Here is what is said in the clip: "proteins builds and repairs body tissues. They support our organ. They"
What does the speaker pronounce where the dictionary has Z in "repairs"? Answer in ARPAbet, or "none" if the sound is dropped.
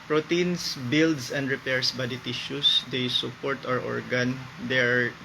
S